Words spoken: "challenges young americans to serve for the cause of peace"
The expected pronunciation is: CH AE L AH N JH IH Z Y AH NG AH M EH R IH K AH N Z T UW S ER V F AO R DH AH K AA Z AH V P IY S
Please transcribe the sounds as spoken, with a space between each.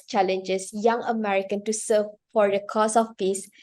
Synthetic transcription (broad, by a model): CH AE L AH N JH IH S Y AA NG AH M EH R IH K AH N T UW S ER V F AO R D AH K AA S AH F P IY S